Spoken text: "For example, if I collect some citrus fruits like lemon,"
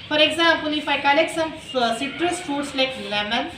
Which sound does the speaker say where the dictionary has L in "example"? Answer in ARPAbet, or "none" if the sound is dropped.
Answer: N